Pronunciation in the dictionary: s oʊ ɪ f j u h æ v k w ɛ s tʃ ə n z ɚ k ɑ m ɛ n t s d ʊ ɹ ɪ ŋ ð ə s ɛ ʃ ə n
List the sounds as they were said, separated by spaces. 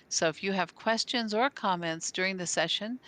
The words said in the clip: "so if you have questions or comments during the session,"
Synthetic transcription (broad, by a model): s oʊ ɪ f j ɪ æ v k w ɛ s tʃ ə n z ɚ k ɑ m ɛ n t s d ʊ ɹ ɪ ŋ ð ə s ɛ ʃ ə n